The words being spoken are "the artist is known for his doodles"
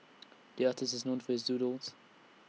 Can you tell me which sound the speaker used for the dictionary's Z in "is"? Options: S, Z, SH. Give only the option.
Z